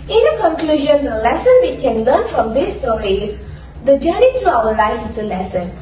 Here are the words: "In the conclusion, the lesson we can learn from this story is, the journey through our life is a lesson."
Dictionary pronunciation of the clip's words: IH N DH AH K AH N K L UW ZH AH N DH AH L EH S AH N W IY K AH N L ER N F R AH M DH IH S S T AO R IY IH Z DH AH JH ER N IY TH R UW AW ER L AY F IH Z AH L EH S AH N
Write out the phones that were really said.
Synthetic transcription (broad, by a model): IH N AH K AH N K L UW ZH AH N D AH L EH S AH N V IY K AH N L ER N F R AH M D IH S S T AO R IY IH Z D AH JH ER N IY T R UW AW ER L AY F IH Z AH L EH S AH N